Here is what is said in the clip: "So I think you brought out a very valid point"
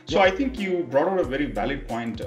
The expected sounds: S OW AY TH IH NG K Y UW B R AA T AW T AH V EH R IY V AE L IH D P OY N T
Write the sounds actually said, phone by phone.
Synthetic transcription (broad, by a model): S OW AY T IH NG K Y UW B R AA T AW T AH V EH R IY V AE L IH D P OY N T